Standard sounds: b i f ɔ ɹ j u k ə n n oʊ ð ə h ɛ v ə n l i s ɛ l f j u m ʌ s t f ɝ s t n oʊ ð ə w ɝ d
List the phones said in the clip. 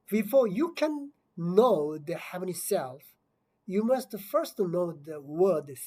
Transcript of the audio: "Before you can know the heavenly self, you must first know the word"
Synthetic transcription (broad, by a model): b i f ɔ ɹ j u k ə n n oʊ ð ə h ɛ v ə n i s ɛ l f j u m ʌ s t f ɝ s t n oʊ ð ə w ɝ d